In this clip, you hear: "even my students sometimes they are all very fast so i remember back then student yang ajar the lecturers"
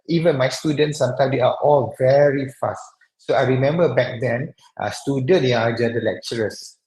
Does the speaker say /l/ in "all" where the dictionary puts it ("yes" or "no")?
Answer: yes